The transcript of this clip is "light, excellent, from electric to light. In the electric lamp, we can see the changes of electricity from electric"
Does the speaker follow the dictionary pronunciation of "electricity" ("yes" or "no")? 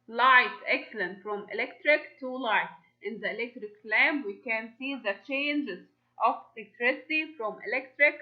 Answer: yes